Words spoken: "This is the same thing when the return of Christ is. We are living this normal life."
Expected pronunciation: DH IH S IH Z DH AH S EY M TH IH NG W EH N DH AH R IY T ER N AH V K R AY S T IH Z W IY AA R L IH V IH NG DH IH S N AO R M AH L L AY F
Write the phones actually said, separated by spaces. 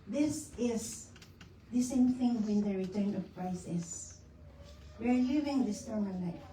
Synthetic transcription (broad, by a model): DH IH S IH S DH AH S EY M TH IH NG W EH N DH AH R IY T ER N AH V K R AY S IH S W IY AA R L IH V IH NG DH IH S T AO R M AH N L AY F